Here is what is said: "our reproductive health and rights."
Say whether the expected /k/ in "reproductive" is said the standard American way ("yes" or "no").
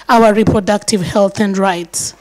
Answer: yes